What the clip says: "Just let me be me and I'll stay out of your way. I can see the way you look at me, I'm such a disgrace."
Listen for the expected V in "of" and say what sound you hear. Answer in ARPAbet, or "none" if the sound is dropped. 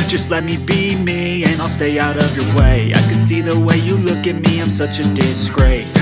V